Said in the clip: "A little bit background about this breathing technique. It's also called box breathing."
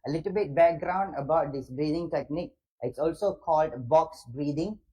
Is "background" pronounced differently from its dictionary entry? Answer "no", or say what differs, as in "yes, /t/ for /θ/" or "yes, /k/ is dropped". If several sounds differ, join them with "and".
no